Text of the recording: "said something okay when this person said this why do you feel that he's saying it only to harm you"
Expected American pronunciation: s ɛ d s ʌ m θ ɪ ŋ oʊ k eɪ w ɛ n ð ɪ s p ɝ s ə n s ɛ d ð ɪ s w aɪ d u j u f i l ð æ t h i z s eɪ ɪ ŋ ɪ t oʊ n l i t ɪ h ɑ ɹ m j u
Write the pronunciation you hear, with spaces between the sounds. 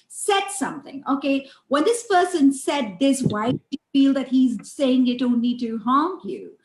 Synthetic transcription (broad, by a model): s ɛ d s ʌ m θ ɪ ŋ oʊ k eɪ w ɛ n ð ɪ s p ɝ s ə n s ɛ d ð ɪ s w aɪ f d f i l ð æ t h i z s eɪ ɪ ŋ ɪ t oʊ n n i t ɪ h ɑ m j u